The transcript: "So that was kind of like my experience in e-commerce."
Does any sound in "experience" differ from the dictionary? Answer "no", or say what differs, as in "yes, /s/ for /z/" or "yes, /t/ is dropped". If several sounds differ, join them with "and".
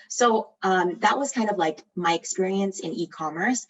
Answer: no